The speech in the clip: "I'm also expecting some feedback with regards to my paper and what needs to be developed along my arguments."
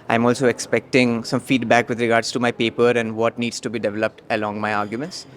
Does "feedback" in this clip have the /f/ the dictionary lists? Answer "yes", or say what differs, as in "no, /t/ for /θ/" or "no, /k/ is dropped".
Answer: yes